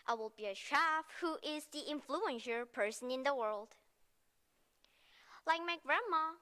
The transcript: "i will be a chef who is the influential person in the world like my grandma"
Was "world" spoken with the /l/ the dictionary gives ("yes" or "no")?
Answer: yes